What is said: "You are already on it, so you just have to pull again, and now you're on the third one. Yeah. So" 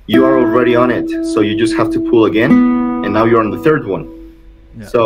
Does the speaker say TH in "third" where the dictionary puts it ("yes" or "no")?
yes